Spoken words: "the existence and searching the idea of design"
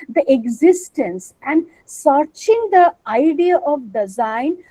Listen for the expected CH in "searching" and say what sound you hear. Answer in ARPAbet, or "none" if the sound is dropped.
CH